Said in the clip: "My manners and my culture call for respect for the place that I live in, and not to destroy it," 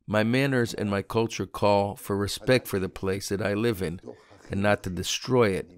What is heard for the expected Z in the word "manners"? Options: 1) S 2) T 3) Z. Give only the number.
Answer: 3